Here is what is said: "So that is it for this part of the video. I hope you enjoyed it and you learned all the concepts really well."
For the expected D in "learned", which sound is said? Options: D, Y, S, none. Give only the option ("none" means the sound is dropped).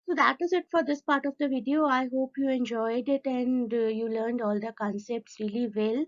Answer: D